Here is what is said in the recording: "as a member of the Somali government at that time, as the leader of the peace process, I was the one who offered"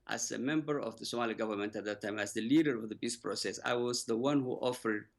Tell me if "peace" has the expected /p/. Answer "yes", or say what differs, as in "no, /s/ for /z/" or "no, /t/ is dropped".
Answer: no, /b/ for /p/